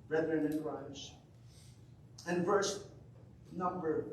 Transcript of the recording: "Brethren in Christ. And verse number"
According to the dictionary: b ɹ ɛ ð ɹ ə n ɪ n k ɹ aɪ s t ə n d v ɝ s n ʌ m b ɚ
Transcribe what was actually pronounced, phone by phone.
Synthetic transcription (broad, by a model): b ɹ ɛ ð ɹ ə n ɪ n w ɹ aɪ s ə n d v ɝ s n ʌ m b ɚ